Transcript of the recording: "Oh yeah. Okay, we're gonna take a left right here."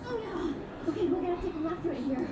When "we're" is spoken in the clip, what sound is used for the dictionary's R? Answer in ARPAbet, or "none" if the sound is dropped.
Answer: L